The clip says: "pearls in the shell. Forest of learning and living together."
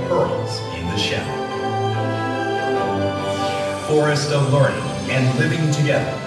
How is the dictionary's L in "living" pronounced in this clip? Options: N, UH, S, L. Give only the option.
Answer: L